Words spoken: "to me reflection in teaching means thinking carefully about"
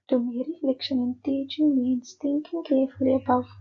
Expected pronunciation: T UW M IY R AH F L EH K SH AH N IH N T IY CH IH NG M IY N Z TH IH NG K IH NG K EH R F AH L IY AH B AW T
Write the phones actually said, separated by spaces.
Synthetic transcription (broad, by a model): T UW M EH R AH L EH K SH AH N IH N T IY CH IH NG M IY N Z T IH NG K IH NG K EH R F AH L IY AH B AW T